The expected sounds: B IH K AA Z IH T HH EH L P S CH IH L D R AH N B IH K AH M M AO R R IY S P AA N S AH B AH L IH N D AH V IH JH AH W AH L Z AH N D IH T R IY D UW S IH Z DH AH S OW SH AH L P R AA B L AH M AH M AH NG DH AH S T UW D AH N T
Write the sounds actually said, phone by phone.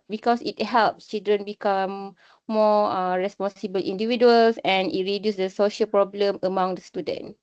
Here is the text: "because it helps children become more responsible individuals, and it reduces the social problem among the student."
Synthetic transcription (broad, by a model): B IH K AA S IH T HH EH L P S CH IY L D R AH N B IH K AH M M AO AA R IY S P AA N S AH B AH L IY N D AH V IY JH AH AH L S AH N IH T R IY D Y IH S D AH S OW SH AH L P R AA B L AH M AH M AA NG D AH S T UW D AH N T